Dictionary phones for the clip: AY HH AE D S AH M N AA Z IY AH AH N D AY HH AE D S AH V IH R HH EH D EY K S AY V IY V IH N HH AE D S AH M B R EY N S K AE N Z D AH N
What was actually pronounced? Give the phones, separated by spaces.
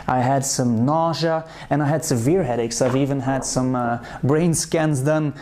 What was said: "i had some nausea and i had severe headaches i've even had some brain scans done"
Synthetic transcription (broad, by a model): AY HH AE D S AH M N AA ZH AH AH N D AY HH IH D S AH V IH R HH EH D EY K S AY V IY V IH N HH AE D S AH M B R EY N S K AE N Z D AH N